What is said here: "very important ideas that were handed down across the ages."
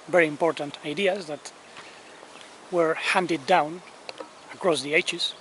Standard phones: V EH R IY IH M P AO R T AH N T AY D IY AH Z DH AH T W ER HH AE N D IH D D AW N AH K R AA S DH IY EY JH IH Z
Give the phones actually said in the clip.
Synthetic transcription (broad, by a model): V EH R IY IH M P AO R T AH N T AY D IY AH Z DH AH T W ER HH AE N D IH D D AW N AH K R AA S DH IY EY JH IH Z